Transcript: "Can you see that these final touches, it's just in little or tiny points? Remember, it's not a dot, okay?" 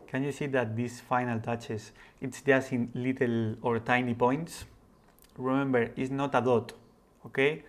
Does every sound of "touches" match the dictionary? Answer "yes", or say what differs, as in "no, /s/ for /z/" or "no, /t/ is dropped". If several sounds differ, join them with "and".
no, /s/ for /z/